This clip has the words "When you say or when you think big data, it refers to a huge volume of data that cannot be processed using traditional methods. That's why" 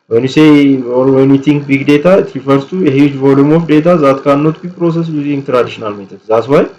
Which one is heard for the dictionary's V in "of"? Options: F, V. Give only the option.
F